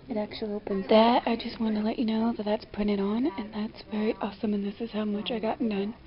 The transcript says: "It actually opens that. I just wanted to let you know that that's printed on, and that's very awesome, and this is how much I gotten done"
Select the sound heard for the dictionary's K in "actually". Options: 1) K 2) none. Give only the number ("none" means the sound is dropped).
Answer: 1